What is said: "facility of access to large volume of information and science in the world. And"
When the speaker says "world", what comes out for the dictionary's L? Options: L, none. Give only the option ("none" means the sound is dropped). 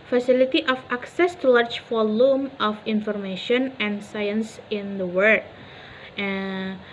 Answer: none